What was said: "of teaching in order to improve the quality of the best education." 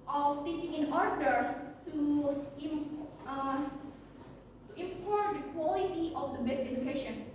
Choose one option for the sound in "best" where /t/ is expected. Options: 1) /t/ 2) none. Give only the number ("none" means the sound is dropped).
2